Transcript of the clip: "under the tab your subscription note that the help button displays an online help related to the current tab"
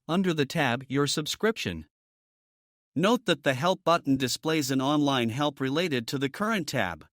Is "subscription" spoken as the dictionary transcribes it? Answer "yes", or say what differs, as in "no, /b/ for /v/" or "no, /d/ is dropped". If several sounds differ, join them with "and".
yes